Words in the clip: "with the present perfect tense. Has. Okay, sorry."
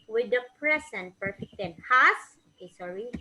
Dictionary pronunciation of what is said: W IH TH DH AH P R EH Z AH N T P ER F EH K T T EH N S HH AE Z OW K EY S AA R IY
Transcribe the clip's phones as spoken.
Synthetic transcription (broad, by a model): W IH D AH P R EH S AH N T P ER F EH K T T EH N HH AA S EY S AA R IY